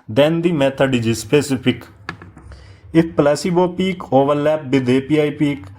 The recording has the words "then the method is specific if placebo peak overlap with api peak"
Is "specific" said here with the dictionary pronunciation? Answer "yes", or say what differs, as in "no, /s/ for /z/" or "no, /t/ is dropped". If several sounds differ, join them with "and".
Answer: no, /p/ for /f/